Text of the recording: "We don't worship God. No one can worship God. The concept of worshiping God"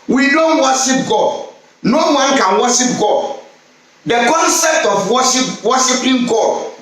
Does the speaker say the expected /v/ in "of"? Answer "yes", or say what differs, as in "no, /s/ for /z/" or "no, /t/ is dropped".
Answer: no, /w/ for /v/